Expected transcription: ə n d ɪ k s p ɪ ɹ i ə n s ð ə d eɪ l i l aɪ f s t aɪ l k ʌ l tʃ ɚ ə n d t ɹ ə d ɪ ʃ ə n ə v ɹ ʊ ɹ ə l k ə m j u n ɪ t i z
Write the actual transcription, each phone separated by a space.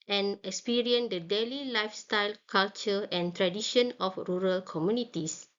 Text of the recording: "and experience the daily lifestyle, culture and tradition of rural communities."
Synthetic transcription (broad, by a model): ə n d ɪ k s p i ɹ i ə n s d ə d eɪ l i l aɪ f s t aɪ l k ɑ l tʃ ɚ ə n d t ɹ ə d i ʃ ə n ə f ɹ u ɹ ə l k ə m j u n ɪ t i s